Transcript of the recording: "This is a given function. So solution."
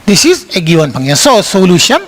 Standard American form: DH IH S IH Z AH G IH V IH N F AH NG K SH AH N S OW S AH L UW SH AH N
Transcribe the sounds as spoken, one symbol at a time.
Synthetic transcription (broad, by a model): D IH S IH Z AH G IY W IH N P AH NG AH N S OW S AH L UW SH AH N